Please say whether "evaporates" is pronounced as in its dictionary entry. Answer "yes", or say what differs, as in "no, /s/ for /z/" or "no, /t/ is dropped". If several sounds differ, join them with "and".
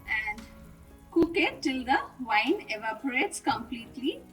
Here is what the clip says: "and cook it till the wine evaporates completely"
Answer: yes